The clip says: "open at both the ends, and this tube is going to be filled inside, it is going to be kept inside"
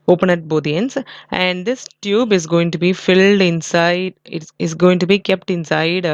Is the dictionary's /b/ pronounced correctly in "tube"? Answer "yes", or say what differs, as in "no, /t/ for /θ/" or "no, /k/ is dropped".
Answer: yes